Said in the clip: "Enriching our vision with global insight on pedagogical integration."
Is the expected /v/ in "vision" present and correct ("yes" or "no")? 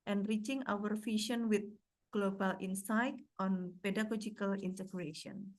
no